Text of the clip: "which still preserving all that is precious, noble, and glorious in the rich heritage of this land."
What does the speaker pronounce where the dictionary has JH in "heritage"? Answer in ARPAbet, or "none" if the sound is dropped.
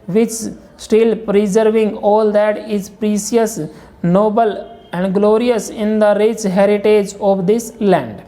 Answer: JH